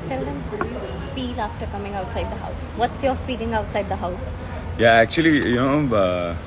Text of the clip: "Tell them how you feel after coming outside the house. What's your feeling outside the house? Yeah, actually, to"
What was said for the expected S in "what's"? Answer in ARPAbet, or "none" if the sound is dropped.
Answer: S